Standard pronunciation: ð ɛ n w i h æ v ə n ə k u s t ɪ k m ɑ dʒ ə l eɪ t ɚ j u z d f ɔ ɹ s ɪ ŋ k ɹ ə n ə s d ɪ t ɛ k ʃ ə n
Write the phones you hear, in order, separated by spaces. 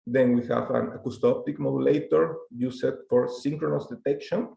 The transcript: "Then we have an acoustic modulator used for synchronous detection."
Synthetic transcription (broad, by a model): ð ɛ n w i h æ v ə n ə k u s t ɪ k m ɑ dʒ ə l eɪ t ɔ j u s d f ɔ ɹ s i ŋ k ɹ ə n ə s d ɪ t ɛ k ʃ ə n